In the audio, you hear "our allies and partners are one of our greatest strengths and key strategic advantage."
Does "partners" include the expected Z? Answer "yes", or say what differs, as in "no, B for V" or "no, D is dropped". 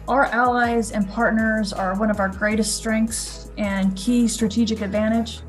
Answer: yes